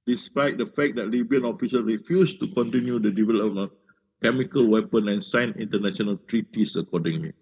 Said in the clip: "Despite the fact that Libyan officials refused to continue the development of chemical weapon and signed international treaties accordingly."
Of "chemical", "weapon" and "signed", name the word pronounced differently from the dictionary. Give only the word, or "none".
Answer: signed